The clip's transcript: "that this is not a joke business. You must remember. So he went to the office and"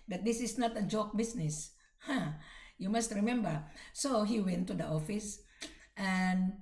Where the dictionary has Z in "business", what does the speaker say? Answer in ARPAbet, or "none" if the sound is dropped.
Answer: S